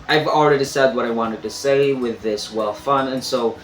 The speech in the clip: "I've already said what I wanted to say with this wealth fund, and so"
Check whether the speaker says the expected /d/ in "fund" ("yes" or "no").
no